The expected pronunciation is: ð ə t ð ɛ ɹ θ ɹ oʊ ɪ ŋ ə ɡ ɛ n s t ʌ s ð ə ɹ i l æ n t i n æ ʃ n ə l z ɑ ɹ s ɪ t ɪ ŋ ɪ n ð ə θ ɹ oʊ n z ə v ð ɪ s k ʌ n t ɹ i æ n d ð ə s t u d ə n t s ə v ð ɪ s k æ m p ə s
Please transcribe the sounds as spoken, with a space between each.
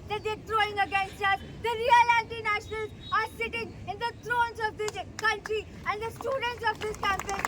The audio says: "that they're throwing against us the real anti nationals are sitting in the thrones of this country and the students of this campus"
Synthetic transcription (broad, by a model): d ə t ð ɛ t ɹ oʊ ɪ ŋ ə ɡ ɛ n s t ʌ s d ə ɹ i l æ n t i n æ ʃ n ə l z ɑ ɹ s ɪ t ɪ ŋ ɪ n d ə t ɹ oʊ n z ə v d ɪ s k ʌ n t ɹ i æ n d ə s t u d ə n t s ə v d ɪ s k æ m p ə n